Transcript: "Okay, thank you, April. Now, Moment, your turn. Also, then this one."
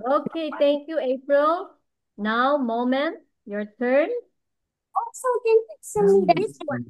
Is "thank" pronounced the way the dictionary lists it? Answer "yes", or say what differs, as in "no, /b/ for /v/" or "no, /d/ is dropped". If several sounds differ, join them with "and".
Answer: no, /t/ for /θ/